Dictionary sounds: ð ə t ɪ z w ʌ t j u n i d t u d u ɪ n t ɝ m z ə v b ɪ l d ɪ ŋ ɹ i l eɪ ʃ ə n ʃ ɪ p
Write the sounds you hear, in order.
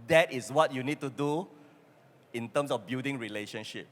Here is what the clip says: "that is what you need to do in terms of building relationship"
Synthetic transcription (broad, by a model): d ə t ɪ s w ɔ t j u n i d t u d u ɪ n t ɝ m s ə f b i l d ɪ ŋ ɹ i l eɪ ʃ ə n ʃ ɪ p